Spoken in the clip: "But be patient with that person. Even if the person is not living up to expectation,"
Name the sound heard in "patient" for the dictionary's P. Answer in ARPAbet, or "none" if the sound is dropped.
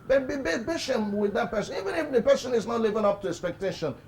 B